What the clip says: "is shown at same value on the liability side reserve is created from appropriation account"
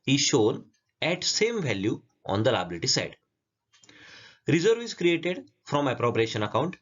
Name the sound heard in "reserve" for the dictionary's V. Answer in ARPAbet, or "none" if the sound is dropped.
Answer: V